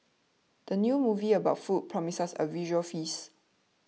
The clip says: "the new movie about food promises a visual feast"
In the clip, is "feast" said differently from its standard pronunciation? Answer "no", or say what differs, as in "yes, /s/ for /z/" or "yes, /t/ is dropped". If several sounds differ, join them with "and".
yes, /t/ is dropped